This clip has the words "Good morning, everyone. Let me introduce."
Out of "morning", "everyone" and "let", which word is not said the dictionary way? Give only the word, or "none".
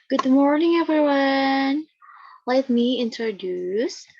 none